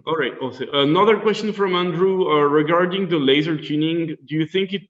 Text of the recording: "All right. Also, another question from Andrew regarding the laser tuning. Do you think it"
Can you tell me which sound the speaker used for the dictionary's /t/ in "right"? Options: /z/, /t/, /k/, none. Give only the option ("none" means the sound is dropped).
/t/